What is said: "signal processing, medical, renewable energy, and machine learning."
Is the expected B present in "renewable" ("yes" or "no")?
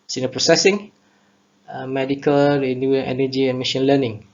no